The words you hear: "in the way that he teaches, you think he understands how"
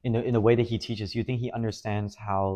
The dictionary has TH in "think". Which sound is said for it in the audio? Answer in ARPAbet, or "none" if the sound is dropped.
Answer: TH